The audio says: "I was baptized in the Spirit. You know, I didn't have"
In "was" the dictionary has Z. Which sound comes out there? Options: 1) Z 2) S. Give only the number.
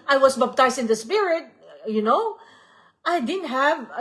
2